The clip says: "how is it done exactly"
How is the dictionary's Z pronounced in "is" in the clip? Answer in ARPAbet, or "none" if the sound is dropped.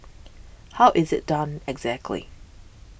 Z